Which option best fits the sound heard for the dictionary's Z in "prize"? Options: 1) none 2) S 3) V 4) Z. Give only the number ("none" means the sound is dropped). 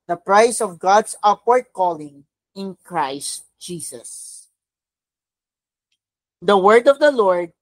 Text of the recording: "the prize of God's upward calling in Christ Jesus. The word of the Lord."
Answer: 2